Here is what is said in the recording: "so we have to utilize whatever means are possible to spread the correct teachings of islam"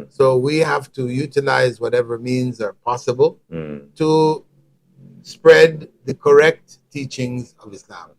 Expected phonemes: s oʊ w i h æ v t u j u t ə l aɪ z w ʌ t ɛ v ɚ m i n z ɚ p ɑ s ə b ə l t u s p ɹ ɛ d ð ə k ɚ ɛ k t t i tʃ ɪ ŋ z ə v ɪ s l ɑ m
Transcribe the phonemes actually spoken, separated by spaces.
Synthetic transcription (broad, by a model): s oʊ w i h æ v t u j u t ə l aɪ z w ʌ t ɛ v ɚ m i n z ɚ p ɑ s ə b ə l t u s p ɹ ɛ d ð ə k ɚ ɛ k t t i tʃ ɪ ŋ z ə v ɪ s l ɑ m